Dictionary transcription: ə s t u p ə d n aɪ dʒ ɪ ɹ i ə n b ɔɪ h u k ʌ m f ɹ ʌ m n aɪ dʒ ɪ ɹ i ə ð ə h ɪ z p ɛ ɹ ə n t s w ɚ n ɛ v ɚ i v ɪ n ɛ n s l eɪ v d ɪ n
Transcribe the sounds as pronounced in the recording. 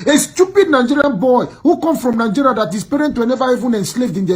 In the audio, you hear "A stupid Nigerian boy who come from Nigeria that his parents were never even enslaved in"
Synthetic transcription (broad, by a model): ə s t u p ə d n aɪ dʒ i ɹ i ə n b ɔɪ h u k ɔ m f ɹ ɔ m n aɪ dʒ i ɹ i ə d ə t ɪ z p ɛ ɹ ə n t w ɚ n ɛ v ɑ i v ɪ n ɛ n s l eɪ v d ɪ n